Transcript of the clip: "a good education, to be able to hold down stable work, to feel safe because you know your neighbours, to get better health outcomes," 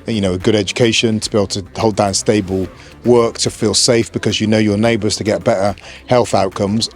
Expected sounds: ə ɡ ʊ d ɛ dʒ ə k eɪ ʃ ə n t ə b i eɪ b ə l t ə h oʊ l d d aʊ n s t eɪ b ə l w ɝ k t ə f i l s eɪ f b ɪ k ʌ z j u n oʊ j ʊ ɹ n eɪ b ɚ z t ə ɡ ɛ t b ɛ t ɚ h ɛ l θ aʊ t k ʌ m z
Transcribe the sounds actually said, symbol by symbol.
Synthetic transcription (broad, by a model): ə ɡ ʊ d ɛ dʒ ə k eɪ ʃ ə n t ə b i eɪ b l t ə h oʊ l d d aʊ n s t eɪ b ə l w ɝ k t ə f i l s eɪ f b ɪ k ʌ z j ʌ n oʊ j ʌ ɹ n eɪ b ɚ z t ə ɡ ɛ t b ɛ t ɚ h ɛ l θ aʊ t k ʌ m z